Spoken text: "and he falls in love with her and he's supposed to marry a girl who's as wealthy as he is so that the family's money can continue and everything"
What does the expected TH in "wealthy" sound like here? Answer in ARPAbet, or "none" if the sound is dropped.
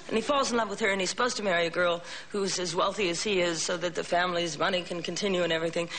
TH